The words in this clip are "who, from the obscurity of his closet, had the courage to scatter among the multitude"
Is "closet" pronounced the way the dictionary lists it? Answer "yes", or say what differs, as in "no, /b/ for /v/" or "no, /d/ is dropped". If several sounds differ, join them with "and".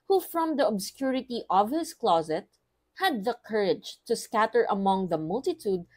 yes